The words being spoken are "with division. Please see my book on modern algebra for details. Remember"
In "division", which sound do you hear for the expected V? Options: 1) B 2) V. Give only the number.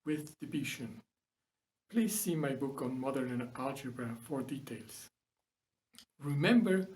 1